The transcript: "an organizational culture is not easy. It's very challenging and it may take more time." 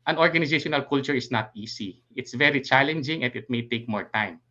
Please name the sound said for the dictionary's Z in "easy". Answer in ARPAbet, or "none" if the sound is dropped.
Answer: S